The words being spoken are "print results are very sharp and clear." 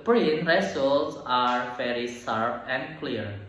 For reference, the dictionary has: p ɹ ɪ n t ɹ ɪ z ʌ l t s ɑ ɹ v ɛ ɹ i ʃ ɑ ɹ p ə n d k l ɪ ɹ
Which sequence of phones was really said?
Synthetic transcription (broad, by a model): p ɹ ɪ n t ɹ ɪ s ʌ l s ɑ ɹ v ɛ ɹ i s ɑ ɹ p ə n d k l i ɹ